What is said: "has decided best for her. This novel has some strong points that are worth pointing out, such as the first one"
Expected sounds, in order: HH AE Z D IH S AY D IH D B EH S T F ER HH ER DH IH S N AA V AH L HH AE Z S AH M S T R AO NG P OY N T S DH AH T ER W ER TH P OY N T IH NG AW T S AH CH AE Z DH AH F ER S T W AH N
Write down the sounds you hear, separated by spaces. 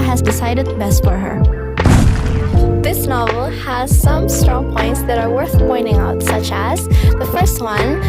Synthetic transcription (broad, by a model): HH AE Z D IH S AY D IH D B EH S T F ER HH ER DH IH S N AA V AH L HH AE Z S AH M S T R AO NG P OY N T S DH AH T ER W ER TH P OY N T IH NG AW T S AH CH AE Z DH AH F ER S T W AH N